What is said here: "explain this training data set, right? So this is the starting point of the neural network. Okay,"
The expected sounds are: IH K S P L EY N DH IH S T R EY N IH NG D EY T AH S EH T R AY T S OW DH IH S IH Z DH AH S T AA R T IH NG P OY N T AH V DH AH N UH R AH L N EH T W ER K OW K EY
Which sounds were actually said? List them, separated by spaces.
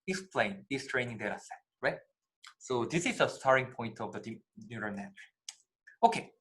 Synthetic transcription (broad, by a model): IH K S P L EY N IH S T R EY N IH NG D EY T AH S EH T R AY T S OW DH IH S IH Z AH S T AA R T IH NG P OY N T AH V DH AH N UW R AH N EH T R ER OW K EY